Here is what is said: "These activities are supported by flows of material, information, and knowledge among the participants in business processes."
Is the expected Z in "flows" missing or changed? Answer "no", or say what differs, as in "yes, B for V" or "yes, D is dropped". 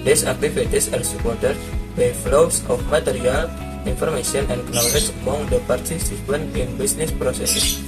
yes, S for Z